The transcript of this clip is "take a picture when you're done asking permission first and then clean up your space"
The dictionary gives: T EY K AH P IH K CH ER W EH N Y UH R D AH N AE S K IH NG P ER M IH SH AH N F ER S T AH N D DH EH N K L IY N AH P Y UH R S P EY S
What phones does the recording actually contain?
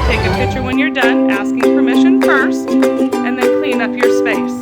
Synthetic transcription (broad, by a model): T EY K AH P IH K CH ER W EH N Y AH R D AH N AE S K IH NG P ER M IH SH AH N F ER S T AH N DH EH N K L IY N AH P Y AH R S P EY S